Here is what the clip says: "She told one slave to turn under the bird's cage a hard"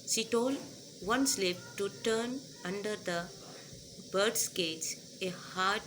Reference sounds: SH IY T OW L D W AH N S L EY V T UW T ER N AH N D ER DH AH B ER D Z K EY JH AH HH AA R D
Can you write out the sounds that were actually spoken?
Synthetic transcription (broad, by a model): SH IY T OW L D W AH N S L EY P T UW T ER N AH N D ER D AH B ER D S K EY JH AH HH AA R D